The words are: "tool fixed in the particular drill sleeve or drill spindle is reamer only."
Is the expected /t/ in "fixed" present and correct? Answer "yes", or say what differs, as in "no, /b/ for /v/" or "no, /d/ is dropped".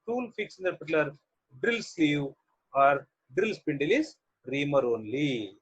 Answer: no, /t/ is dropped